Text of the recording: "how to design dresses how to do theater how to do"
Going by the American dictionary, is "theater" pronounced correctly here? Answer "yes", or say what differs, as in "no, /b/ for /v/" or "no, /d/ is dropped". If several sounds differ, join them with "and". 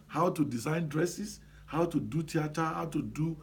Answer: no, /t/ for /θ/